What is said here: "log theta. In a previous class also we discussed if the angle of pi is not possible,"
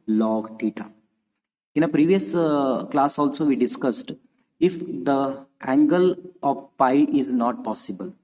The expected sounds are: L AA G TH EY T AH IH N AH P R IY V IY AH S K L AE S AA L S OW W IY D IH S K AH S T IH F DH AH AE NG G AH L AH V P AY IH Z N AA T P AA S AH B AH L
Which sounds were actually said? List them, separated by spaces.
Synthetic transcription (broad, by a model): L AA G T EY T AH IH N AH P R IY V IY AH S K L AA S AA L S OW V IY D IH S K AH S T IH F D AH AE NG G AH L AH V P AY IH Z N AA T P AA S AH B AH L